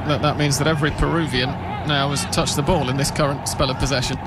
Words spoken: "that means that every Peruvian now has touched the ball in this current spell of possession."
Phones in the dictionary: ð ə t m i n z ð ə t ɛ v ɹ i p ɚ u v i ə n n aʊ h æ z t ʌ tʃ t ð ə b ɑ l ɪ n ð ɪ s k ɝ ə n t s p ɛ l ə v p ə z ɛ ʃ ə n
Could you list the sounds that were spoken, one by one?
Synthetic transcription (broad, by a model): ð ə t m i n z ð ə t ɛ v ɹ i p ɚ u v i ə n n aʊ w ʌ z t ʌ tʃ ð ə b ɑ l ɪ n ð ɪ s k ɝ ə n t s p ɛ l ə v p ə z ɛ ʃ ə n